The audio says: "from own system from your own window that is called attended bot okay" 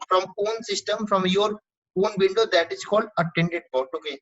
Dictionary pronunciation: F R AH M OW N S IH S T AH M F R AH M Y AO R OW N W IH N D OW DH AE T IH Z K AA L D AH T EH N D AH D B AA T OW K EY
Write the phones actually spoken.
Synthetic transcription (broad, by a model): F R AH M OW N S IH S T AH M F R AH M Y AO R OW N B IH L D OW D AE T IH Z K AA L D AH T EH N D AH D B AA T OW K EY